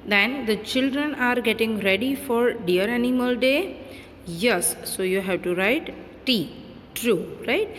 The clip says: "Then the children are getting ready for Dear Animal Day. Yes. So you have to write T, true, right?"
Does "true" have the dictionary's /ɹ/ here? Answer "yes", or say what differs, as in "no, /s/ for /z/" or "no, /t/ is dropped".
yes